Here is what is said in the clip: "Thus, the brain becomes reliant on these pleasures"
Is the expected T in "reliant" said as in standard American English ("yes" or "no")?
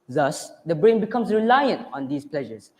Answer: yes